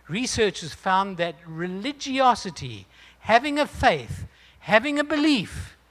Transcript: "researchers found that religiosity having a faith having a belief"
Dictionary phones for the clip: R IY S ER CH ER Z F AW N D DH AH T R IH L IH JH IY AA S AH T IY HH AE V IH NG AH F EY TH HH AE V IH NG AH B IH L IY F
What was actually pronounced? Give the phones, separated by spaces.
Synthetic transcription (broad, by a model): R IY S ER CH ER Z F AW N DH AH T R IH L IH JH IY AA S AH T IY HH AE V IH NG AH F EY TH HH AE V IH NG AH B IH L IY F